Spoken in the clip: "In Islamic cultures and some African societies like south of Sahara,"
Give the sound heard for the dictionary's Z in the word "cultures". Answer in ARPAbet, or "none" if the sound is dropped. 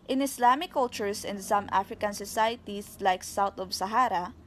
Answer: S